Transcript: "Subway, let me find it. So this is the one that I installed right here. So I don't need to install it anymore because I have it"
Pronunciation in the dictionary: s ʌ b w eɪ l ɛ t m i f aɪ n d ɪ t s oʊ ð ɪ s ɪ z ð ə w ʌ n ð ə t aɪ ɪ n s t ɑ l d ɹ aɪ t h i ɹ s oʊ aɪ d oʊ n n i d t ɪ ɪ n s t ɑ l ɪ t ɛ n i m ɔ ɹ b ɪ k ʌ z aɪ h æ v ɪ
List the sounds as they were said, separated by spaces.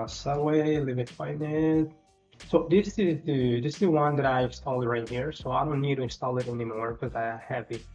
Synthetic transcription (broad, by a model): s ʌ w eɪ l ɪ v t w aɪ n ɪ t s oʊ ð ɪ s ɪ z ð ə w ʌ n ð ə t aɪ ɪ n s t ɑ l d ɹ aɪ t h i ɹ s oʊ aɪ d oʊ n n i d t ɪ ɪ n s t ɑ l ɪ t ɛ n i m ɔ ɹ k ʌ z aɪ h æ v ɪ